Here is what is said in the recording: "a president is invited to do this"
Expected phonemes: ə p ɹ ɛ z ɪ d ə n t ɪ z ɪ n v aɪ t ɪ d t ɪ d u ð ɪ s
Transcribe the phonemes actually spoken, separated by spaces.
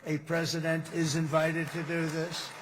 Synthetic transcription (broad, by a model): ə p ɹ ɛ z ɪ d ə n t ɪ z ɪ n v aɪ t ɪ d t ɪ d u ð ɪ s